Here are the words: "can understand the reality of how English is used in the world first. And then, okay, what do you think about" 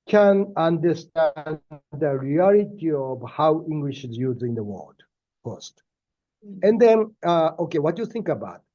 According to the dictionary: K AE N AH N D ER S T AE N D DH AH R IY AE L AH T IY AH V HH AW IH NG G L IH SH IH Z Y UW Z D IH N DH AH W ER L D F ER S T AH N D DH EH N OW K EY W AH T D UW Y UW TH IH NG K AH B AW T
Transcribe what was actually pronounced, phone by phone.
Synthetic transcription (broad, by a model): K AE N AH N D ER S T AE N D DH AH R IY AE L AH T IY AH V HH AW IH NG G L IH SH IH Z Y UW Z IH N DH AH W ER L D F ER S T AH N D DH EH N OW K EY W AH T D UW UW TH IH NG K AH B AW T